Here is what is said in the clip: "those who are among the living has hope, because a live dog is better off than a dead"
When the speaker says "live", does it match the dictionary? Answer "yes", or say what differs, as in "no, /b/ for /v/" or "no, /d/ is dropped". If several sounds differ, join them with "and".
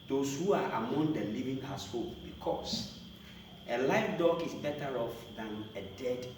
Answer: no, /f/ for /v/